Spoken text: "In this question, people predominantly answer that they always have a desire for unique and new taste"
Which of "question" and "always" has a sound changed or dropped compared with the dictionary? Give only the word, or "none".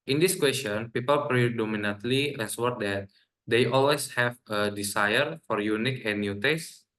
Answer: always